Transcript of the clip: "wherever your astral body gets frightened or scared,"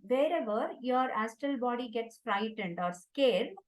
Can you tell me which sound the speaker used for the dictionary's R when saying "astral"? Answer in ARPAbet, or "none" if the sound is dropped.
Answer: none